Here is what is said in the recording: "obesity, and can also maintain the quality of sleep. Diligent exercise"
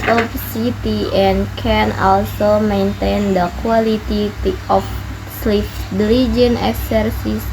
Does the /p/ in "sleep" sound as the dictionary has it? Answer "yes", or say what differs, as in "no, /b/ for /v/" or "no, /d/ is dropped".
no, /f/ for /p/